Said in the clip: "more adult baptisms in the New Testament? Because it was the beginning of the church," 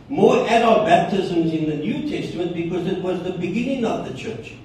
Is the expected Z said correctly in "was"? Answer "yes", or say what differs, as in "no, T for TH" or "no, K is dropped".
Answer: yes